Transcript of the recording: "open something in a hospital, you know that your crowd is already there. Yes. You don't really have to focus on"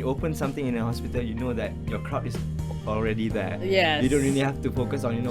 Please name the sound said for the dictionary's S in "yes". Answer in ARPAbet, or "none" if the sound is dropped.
none